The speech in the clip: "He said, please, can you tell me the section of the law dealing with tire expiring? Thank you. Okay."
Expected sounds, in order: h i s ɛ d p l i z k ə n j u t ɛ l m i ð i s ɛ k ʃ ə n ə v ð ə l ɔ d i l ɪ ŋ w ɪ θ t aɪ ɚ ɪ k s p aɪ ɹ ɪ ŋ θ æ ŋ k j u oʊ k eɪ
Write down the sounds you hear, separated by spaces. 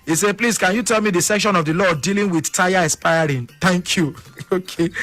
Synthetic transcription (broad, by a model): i s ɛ p l i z k ə n j u t ɛ l m i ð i s ɛ k ʃ ə n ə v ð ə l ɔ d i l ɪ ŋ w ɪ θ t aɪ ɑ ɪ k s p aɪ ɹ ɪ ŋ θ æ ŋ k j u oʊ k eɪ